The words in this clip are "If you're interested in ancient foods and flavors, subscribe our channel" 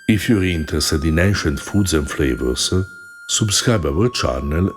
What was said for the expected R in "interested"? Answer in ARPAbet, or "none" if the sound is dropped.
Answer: none